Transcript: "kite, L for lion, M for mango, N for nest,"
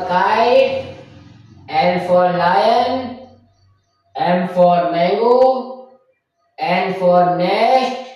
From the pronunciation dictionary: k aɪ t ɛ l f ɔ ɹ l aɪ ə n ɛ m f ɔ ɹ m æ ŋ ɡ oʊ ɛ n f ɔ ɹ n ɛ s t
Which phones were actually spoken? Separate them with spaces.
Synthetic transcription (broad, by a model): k aɪ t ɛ n f ɔ ɹ l aɪ ə n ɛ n f ɔ ɹ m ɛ ɡ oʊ ɛ n f ɔ ɹ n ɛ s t